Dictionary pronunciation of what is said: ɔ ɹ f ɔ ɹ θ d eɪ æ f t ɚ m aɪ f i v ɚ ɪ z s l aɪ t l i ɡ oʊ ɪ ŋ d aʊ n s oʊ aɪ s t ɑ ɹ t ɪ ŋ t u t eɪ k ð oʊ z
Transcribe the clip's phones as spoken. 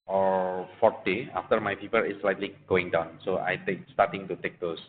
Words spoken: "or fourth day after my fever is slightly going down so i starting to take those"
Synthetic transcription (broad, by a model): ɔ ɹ f ɔ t d eɪ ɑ f t ɚ m aɪ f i p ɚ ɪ s l aɪ t l i ɡ oʊ ɪ ŋ d aʊ n s oʊ aɪ s t ɑ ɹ t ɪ ŋ t u t eɪ k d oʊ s